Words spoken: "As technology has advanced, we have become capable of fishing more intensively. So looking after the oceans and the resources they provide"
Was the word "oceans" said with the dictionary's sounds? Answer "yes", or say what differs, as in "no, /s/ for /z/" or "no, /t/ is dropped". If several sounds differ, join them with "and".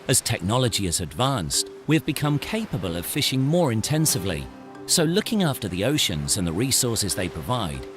yes